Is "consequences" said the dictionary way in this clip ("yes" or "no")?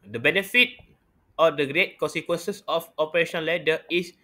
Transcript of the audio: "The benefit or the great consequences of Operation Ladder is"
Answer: no